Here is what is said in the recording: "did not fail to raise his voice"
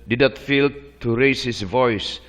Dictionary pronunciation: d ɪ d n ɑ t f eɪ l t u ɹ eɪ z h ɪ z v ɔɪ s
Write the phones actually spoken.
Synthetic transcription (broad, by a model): d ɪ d n ɑ t f eɪ l t u ɹ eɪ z h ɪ s v ɔɪ s